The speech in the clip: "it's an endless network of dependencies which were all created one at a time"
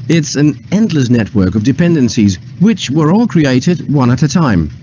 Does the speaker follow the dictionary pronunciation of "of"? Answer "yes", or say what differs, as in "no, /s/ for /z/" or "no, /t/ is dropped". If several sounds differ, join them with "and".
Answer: yes